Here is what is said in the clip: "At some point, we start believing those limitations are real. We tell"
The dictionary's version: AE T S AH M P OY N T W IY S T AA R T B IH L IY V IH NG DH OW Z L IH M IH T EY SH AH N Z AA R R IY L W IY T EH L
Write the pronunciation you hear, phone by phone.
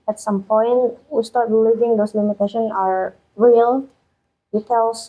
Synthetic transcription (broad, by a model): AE T S AH M P OY N T W IY S T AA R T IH L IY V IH NG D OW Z L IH M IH T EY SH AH N AA R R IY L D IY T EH L